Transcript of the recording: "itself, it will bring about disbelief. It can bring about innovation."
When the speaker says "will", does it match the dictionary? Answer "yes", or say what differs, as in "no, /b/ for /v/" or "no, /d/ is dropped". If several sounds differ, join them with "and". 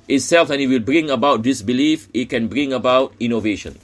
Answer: yes